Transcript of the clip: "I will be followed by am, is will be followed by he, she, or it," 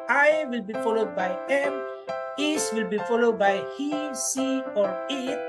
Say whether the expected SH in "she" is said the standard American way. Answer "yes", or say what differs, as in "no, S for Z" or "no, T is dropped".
no, S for SH